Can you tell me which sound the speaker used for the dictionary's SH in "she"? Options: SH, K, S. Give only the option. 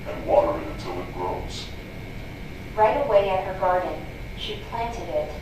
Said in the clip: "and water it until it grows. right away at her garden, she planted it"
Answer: SH